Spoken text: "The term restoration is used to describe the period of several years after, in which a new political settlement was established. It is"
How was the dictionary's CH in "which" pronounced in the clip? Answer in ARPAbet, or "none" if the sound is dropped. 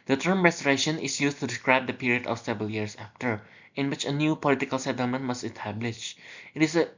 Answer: CH